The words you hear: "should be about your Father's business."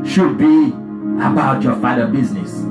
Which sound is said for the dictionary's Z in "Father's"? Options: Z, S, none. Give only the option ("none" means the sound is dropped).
none